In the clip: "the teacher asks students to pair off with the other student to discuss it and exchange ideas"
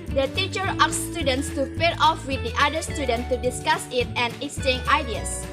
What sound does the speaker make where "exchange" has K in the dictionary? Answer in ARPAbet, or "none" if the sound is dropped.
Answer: none